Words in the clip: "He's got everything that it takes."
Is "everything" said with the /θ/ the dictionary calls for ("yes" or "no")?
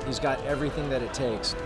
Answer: yes